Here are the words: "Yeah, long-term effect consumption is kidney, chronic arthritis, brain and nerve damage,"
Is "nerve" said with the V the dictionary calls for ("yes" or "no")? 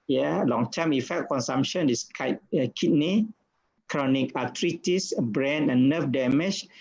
no